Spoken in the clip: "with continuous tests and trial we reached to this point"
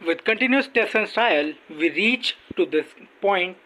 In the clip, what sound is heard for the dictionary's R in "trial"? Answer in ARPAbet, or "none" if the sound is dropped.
none